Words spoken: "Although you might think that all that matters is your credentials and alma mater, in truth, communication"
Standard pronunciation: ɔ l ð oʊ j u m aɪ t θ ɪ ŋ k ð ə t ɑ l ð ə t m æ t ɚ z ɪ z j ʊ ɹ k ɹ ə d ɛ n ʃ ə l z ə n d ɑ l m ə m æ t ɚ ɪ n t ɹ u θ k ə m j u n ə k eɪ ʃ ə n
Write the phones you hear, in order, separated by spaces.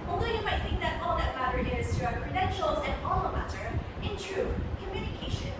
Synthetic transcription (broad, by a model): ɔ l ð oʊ j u m aɪ t θ ɪ ŋ k ð ə t ɑ l ð ə t m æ t ɚ ɪ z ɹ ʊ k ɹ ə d ɛ n ʃ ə l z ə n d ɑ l ə m æ t ɚ ɪ n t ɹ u k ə m j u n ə k eɪ ʃ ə n